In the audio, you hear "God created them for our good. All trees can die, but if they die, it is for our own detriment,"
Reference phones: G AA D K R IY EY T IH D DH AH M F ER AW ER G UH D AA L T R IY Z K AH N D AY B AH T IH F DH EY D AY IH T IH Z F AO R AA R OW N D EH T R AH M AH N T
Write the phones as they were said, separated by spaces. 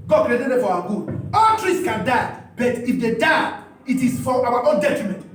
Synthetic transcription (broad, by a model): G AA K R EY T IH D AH F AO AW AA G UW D AA L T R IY S K AH N D AY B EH T IH F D EY D AY IH T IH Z F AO W AA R OW N D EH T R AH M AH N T